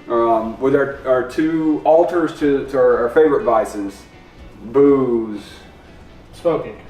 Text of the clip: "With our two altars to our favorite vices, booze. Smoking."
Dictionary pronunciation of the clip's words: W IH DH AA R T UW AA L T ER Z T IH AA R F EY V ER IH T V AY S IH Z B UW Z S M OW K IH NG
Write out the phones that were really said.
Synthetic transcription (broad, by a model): W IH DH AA R T UW AA L T ER Z T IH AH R F EY V ER IH T V AY S IH Z B UW Z S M OW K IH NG